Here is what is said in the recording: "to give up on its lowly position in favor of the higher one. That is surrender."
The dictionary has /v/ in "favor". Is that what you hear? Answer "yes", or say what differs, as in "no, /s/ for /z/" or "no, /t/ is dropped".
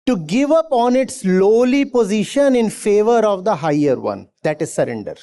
yes